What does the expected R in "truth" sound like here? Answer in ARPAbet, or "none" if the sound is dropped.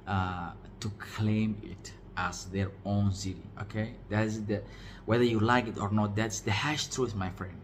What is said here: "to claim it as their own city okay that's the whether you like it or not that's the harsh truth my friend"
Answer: R